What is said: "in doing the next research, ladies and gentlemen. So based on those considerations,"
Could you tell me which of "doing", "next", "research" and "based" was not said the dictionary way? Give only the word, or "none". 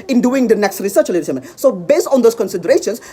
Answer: none